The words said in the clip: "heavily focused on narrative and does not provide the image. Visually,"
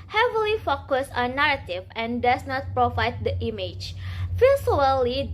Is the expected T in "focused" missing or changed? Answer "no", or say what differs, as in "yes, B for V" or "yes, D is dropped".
yes, T is dropped